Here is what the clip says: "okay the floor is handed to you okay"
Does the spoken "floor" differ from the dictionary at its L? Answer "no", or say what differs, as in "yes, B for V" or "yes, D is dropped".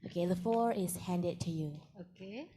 yes, L is dropped